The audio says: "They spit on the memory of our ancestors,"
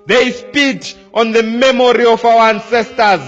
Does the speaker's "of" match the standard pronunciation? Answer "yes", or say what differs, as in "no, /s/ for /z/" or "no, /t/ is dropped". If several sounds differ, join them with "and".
no, /f/ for /v/